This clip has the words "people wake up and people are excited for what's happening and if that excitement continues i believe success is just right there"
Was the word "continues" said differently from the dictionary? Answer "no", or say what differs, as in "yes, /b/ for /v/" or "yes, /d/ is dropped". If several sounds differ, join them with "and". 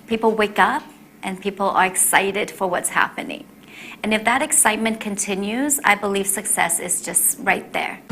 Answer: no